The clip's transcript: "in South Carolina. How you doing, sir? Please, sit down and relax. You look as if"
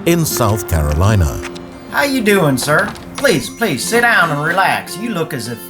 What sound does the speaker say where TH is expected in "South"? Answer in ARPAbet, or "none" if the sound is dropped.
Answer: TH